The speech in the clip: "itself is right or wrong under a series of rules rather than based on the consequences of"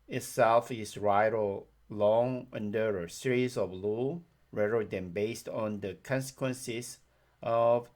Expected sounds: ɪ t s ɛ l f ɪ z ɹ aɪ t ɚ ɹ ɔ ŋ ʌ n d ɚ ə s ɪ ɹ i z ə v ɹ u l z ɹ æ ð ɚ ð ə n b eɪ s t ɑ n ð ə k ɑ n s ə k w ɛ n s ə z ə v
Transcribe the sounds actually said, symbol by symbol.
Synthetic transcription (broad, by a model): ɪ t s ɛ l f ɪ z ɹ aɪ t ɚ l ɔ ŋ ʌ n d ɚ ə s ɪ ɹ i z ə v l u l ɹ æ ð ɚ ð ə n b eɪ s t ɑ n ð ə k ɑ n s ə k w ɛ n s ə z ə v